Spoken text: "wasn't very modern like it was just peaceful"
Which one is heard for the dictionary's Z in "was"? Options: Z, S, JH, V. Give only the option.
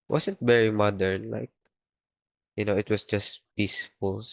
S